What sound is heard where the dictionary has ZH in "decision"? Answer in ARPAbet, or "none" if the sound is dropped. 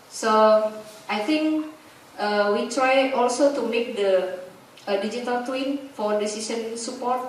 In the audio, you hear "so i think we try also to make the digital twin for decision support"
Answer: S